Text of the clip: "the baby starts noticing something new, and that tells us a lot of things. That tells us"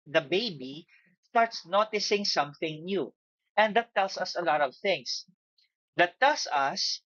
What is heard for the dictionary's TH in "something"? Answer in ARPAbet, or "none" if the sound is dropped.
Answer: TH